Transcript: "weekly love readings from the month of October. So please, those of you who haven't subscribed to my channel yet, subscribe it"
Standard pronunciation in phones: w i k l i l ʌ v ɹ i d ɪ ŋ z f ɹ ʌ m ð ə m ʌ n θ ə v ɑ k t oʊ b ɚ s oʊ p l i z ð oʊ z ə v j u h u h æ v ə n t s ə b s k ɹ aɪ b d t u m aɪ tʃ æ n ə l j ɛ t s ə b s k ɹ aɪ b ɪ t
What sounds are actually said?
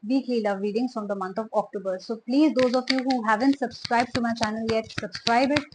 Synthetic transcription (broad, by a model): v i k l i l ʌ v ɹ i d ɪ ŋ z f ɹ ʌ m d ə m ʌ n t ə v ɑ k t oʊ b ɚ s oʊ p l i z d oʊ z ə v j u h u h æ v ə n t s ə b s k ɹ aɪ b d t u m aɪ tʃ æ n ə l j ɛ t s ə b s k ɹ aɪ b ɪ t